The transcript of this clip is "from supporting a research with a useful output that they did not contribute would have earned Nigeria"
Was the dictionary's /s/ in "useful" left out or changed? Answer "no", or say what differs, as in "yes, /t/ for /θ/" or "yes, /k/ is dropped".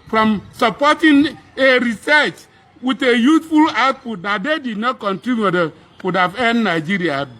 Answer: yes, /θ/ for /s/